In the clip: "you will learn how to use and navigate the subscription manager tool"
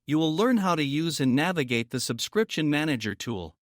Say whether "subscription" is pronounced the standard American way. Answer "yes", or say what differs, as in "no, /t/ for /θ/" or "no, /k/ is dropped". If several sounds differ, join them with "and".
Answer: yes